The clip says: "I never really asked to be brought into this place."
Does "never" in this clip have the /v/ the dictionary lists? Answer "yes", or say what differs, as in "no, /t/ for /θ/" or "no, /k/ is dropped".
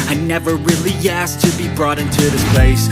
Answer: yes